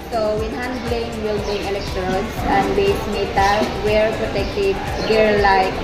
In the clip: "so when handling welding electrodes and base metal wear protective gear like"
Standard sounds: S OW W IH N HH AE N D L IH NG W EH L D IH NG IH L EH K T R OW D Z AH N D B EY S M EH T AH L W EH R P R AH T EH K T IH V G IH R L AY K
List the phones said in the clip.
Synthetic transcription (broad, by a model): S OW W IH N HH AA N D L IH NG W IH L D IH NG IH L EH K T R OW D S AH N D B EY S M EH T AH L W EH R P R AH T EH K T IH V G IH R L AY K